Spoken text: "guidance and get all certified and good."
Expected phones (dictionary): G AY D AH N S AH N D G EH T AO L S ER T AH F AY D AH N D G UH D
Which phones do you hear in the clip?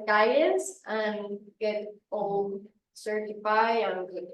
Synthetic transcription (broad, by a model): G AY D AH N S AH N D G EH T AO L S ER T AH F AY AH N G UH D